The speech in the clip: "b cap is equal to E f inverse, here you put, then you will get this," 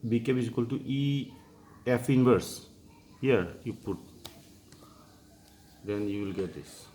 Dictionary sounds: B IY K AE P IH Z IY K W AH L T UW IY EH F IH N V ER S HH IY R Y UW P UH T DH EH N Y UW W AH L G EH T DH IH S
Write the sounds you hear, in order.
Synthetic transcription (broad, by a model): B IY K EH B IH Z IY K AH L T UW IY EH F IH N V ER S HH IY R Y UW P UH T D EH N Y UW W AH L G EH T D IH S